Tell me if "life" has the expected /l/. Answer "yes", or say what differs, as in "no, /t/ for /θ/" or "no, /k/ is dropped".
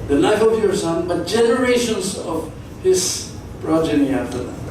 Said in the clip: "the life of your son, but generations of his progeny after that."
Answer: no, /n/ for /l/